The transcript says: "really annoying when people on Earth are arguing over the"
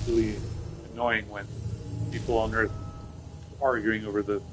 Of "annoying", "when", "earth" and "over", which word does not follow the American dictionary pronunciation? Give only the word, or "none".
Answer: none